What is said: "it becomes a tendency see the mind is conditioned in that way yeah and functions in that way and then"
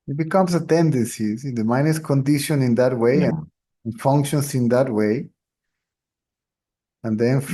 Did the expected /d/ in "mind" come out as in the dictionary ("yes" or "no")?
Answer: no